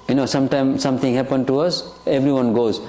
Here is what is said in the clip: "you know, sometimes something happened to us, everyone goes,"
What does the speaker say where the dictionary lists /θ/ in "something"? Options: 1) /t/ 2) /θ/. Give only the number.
1